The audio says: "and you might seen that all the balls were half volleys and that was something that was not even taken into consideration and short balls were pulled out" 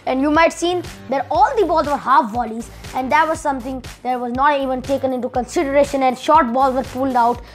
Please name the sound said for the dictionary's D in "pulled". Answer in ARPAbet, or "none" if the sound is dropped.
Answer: D